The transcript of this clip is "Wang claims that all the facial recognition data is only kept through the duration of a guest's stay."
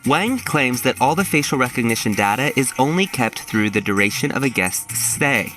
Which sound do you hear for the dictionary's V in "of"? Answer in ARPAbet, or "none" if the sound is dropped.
V